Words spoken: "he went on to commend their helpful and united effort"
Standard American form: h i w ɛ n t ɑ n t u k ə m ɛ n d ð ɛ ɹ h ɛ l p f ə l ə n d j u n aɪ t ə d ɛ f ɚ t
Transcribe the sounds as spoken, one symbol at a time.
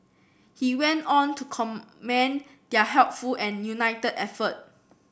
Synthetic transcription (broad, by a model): h i w ɛ n t ɑ n t u k ə m ɛ n d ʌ h ɛ l p f ə l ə n j u n aɪ t ə d ɛ f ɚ t